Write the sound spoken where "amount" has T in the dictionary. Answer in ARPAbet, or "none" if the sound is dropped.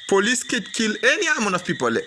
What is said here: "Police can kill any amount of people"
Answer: none